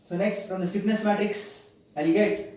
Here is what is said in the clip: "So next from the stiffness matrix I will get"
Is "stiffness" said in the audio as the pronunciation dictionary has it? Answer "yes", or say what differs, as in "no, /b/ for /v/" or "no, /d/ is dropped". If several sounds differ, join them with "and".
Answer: no, /p/ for /f/